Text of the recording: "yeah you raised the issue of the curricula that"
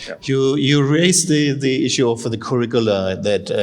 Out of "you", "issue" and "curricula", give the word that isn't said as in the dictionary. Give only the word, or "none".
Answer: none